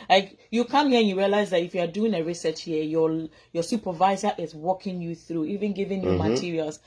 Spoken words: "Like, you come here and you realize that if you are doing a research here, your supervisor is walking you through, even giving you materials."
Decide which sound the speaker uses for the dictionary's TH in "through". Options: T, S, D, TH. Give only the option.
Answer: TH